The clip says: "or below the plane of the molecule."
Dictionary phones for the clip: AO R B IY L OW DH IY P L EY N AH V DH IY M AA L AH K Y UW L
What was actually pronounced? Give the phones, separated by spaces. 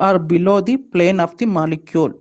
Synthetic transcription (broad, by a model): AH R B IY L OW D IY P L EY N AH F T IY M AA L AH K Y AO L